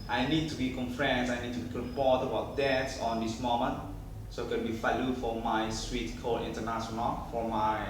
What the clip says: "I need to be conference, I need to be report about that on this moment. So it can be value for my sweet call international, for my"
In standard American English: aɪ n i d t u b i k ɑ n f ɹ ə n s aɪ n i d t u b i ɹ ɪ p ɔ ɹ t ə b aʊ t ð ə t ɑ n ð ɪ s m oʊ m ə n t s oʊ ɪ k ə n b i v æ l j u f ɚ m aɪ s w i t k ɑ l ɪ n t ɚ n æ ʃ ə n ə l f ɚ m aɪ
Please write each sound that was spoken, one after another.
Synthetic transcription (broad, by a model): aɪ n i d t u b i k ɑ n f ɹ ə n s aɪ n i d t u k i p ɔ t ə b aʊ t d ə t ɑ n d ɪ s m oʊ m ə n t s oʊ ɪ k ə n b i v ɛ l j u f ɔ m aɪ s w i t k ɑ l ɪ n t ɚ n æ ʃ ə n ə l f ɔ m aɪ